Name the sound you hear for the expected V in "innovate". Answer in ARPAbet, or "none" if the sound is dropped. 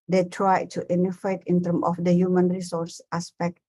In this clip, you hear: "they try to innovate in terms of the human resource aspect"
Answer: F